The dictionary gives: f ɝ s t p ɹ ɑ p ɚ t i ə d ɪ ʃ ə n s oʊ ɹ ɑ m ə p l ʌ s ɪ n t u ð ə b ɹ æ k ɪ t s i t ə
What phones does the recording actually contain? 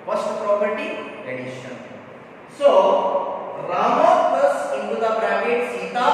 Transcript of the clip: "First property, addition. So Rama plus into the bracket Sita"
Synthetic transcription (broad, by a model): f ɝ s t p ɹ ɑ p ɚ t i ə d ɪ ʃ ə n s oʊ ɹ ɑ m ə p ʌ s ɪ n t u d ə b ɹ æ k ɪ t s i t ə